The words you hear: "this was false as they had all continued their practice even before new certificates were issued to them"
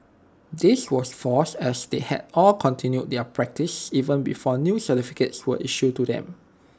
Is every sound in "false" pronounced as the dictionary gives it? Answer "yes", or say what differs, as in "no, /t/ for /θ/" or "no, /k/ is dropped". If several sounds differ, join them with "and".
no, /l/ is dropped